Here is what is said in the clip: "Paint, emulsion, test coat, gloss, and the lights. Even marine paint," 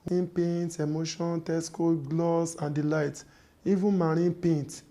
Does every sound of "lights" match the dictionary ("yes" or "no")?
no